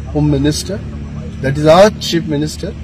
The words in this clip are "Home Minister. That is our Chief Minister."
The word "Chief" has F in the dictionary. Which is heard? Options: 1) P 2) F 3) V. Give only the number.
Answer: 1